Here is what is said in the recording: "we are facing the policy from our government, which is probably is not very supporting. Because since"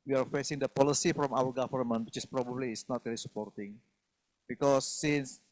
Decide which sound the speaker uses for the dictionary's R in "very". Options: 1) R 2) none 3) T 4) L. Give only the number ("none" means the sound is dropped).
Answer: 4